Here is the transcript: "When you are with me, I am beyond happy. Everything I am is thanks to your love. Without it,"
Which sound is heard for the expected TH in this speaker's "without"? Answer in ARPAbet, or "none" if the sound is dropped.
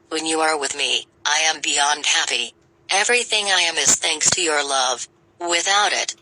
TH